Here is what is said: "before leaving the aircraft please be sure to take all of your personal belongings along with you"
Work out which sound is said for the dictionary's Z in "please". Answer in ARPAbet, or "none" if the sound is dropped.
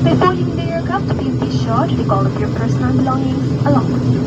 none